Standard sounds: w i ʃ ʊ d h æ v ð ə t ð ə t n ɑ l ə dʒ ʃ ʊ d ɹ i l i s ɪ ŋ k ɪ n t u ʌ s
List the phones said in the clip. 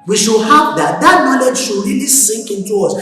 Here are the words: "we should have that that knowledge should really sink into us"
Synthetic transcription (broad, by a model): w i ʃ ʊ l h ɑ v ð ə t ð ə t n ɑ l ə dʒ ʃ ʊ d ɹ i l i s ɪ ŋ k ɪ n t u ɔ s